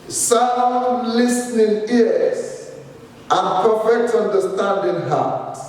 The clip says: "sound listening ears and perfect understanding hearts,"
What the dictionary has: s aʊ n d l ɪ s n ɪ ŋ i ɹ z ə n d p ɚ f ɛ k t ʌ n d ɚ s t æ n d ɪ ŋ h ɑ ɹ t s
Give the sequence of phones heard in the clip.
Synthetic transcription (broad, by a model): s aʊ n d l ɪ s n ɪ ŋ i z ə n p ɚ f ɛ k t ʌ n d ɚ s t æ n d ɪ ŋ h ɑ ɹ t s